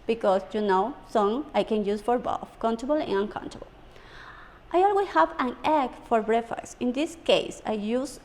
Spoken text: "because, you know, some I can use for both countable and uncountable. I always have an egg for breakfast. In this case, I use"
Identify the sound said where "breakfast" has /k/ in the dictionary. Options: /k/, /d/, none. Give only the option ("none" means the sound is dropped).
none